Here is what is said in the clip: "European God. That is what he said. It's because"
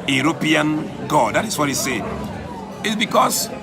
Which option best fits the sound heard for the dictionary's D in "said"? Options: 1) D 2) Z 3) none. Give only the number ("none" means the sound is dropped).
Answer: 3